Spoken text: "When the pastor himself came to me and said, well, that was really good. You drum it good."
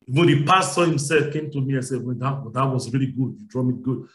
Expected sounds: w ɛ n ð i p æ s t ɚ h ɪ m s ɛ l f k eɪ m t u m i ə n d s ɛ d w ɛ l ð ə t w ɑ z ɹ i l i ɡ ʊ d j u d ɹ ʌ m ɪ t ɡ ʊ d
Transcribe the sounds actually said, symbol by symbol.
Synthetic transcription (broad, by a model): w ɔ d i p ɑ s s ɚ h ɪ m s ɛ l f k eɪ m t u m i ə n s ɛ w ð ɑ w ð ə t w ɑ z ɹ i l i ɡ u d j u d ɹ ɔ m ɪ t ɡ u d